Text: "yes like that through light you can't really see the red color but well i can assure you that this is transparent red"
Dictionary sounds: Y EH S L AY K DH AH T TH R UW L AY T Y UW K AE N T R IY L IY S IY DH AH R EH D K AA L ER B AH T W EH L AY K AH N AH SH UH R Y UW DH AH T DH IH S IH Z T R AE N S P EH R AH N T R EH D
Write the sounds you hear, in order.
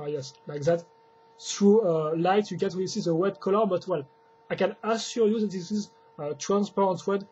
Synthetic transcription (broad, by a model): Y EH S L AY K DH AH T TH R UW L AY T Y UW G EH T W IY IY S IY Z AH W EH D K AA L ER B AH T W EH L AY K AH N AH S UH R Y UW DH AH T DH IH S IH Z T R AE N S P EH R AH N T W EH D